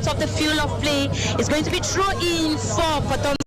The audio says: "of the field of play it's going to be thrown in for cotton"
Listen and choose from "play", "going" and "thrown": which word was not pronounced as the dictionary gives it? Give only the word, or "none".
thrown